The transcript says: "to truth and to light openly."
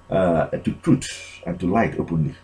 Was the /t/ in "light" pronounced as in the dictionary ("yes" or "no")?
yes